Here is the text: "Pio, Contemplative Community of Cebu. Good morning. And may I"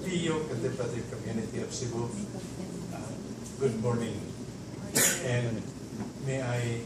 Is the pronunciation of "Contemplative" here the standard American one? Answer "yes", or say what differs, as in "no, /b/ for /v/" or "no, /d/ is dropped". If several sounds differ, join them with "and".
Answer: no, /m/ is dropped and /l/ is dropped